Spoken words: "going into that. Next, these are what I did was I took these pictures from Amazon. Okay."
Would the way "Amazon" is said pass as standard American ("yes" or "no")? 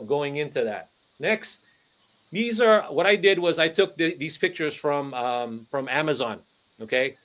yes